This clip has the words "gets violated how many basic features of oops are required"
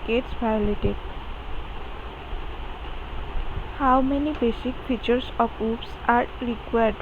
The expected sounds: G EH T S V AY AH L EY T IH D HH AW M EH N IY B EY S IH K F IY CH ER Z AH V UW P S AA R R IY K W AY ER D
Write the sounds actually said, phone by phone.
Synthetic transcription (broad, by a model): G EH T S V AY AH L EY T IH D HH AW M EH N IY B EY S IH K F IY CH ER S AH P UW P S AA R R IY K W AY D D